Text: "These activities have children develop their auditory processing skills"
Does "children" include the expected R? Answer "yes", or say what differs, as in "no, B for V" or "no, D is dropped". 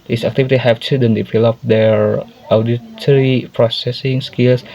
no, R is dropped